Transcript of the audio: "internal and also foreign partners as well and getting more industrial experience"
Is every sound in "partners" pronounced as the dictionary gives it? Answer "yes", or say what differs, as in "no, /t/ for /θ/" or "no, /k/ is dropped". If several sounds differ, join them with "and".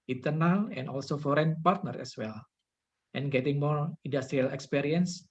no, /z/ is dropped